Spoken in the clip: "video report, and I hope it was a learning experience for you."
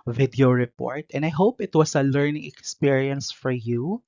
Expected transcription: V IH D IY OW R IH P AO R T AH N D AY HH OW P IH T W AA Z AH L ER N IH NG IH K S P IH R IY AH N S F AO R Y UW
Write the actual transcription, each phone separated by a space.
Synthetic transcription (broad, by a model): V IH D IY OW R IH P AO R T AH N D AY HH OW P IH T W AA S AH L ER N IH NG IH K S P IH R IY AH N S F AO R Y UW